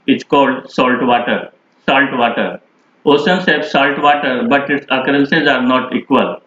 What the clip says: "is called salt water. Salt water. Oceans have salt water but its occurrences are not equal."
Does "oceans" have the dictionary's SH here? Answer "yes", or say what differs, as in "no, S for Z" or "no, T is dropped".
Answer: no, S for SH